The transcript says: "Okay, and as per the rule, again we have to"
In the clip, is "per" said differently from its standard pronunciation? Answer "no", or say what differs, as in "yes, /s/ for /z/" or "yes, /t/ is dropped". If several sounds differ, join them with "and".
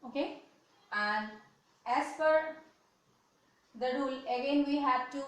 yes, /f/ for /p/